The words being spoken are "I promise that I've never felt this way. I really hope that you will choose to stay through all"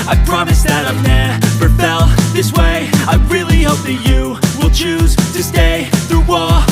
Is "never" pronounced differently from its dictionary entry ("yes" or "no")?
yes